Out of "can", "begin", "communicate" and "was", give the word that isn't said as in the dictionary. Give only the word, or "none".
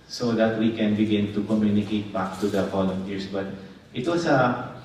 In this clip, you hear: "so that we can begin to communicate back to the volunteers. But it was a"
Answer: was